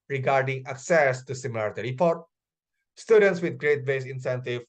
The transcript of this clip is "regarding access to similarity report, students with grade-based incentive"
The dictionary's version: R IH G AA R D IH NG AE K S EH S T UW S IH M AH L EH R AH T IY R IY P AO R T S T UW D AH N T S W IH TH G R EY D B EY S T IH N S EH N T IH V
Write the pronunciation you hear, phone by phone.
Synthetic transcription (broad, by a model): R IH G AA R D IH NG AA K S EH S T UW S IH M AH L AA R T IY R IY P AO R T S T UW D AH N T S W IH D G R EY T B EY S IH N S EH N T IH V